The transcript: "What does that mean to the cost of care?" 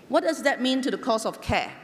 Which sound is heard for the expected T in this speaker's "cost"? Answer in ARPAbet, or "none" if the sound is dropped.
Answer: none